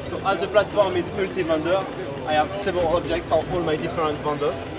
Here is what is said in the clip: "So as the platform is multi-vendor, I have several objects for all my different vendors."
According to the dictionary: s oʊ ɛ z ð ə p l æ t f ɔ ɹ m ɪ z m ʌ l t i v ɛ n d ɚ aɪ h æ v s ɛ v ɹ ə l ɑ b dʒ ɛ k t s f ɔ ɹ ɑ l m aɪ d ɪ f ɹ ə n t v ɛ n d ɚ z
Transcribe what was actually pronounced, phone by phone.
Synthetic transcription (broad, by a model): s oʊ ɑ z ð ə p l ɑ t f ɔ ɹ m ɪ z m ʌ l t i v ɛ n d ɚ aɪ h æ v s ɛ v ə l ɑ b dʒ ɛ k t f ɔ ɹ ɑ l m aɪ d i f ɹ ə n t v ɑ n d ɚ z